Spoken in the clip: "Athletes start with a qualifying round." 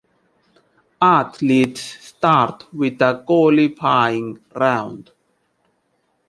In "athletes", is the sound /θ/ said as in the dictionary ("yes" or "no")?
no